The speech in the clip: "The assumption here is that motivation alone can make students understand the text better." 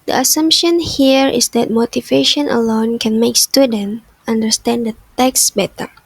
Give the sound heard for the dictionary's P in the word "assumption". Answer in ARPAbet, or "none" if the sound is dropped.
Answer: P